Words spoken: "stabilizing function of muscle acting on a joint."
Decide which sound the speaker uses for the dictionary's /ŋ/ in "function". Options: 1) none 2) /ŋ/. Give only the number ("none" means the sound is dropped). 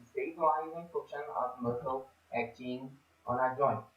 1